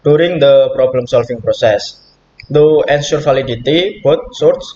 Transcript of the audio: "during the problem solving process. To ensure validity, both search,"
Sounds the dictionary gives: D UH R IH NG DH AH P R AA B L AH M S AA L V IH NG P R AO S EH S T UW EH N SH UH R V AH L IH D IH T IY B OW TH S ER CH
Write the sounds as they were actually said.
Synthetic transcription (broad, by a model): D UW R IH NG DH AH P R AA B L AH M S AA L F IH NG P R AO S EH S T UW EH N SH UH R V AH L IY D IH T IY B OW T S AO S